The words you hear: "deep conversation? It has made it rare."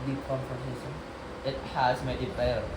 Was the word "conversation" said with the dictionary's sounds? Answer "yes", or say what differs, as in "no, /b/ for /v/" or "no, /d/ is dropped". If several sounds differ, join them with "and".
no, /f/ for /v/